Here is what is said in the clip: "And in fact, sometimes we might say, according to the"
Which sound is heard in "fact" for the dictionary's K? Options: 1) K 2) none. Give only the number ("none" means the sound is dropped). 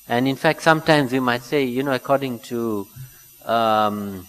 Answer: 1